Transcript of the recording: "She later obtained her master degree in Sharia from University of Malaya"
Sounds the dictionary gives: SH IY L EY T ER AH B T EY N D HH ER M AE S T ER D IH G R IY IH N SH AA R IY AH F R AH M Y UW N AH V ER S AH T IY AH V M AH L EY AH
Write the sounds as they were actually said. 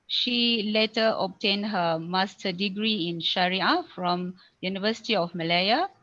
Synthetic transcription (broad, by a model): SH IY L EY T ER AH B T EY N HH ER M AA S T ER D IH G R IY IH N SH AA R IY AH F R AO M Y UW N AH V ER S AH T IY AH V M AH L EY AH